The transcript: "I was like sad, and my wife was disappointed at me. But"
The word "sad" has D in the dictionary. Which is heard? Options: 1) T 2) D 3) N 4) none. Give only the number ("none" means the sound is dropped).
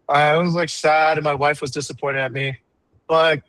2